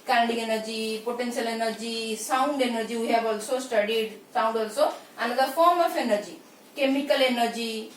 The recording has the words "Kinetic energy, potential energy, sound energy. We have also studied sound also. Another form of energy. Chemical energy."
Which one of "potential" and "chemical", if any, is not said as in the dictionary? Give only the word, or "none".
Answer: potential